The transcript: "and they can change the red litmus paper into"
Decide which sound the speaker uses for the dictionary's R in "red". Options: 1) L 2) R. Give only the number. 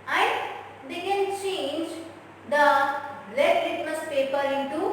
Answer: 1